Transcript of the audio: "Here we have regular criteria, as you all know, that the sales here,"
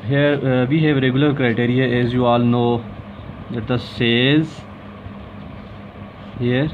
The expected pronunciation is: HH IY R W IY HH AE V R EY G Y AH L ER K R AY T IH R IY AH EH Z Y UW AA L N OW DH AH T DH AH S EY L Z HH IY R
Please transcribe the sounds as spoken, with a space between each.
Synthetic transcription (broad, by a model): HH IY R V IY HH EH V R EY G Y AH L ER K R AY T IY R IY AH EH Z Y UW AA L N OW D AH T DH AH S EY Z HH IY R